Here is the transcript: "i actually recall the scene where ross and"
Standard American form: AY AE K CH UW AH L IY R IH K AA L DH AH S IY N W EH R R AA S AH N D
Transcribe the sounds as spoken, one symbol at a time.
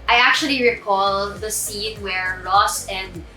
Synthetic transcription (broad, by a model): AY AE K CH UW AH L IY R IH K AA L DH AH S IY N W EH R L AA S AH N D